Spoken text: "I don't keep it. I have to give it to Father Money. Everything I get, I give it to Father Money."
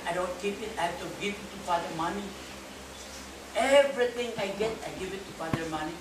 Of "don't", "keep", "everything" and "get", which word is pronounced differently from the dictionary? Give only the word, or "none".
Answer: everything